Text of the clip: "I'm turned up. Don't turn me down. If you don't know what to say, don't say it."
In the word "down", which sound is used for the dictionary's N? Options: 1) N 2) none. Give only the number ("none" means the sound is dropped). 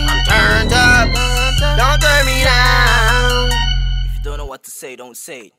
2